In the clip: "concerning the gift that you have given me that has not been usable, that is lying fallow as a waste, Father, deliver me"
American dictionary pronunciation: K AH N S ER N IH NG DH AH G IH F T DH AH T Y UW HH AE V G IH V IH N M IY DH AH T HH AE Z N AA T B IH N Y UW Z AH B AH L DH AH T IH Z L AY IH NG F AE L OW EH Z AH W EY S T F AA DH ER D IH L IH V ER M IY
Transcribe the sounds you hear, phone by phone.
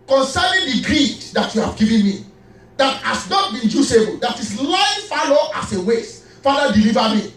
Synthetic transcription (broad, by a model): K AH N S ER N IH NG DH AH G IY T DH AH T Y UW HH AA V G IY V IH N M IY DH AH T HH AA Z N AA T B IH N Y UW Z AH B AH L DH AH T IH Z L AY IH F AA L OW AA S AH W EY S F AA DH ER D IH L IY V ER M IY